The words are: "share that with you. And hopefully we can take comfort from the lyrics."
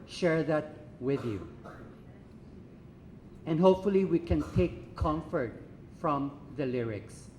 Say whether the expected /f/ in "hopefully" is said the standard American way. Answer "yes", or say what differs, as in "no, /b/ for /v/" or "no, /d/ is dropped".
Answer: yes